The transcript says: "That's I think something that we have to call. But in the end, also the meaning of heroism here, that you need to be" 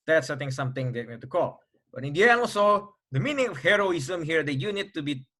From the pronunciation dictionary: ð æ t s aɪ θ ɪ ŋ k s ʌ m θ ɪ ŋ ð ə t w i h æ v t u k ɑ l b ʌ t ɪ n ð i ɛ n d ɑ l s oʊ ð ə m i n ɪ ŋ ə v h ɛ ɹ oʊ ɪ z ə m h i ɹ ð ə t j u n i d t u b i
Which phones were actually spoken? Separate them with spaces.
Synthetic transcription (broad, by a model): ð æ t s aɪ t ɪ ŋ s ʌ m t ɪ ŋ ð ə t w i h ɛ t u k ɑ l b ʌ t ɪ n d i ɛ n ɑ l s oʊ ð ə m i n ɪ ŋ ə f h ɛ ɹ oʊ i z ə m h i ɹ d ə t j u n i d t u b i